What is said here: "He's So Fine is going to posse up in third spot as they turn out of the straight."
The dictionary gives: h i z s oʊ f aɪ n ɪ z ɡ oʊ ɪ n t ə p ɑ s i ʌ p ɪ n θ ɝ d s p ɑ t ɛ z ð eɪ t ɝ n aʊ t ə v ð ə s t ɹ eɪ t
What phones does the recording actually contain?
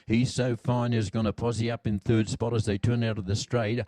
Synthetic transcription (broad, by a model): h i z s oʊ f aɪ n ɪ z ɡ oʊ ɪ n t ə p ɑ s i ʌ p ɪ n θ ɝ d s p ɑ t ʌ z ð eɪ t ɝ n aʊ t ə v ð ə s t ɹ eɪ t